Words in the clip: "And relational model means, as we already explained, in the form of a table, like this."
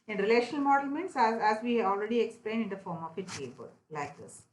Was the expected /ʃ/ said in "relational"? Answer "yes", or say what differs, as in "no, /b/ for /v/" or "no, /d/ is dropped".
yes